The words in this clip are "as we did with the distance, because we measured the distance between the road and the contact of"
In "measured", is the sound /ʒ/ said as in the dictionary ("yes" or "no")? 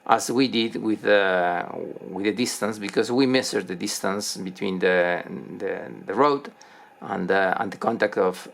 no